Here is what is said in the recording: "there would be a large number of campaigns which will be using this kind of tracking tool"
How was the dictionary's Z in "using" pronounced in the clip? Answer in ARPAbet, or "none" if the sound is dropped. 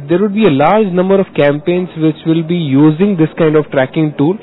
Z